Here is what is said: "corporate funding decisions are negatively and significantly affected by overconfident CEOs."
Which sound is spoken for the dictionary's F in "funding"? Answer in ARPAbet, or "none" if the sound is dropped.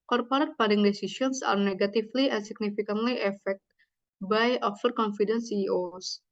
P